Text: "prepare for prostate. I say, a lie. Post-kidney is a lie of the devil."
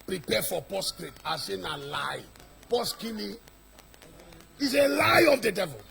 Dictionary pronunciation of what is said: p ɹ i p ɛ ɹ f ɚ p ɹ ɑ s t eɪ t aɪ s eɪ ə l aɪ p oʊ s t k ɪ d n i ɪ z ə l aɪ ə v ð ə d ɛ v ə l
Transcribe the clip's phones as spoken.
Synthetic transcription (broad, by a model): p ɹ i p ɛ f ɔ p ɑ s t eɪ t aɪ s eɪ ə l aɪ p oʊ s k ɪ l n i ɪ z ə l aɪ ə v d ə d ɛ v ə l